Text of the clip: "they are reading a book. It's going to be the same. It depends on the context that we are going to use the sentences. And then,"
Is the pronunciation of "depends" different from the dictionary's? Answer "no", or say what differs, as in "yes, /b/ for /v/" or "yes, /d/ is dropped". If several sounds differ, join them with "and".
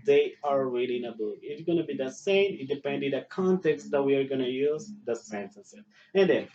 yes, /z/ is dropped